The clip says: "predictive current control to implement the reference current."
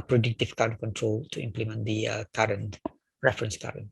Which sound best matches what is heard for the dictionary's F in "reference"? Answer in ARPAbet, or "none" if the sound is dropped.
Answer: F